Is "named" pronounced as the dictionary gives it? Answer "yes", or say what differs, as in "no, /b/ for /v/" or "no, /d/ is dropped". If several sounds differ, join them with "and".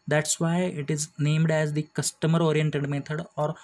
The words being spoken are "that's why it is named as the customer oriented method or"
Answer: yes